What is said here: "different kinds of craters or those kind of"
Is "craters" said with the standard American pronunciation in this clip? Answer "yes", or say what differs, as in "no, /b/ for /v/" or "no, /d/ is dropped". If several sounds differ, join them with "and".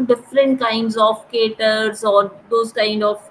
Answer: no, /ɹ/ is dropped